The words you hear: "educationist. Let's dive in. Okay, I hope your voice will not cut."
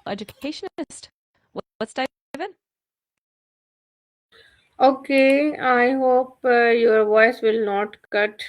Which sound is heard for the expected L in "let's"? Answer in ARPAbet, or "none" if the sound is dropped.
W